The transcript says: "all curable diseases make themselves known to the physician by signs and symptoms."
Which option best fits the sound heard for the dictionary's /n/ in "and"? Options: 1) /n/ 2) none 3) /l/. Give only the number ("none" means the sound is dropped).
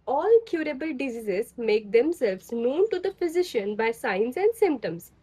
1